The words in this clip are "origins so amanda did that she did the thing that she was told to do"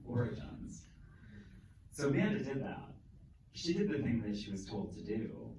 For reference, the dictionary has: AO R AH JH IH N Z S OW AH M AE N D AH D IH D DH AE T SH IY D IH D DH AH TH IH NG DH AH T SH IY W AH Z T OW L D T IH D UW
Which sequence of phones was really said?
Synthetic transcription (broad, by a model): AO R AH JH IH N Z S OW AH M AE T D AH D IH D DH AE T SH IY D IH D DH AH TH IH NG DH AH T SH IY W AH Z T OW L D T IH D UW